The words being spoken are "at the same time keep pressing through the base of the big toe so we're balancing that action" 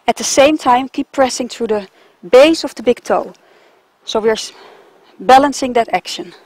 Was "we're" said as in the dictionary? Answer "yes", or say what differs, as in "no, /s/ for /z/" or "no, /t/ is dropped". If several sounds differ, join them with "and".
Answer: yes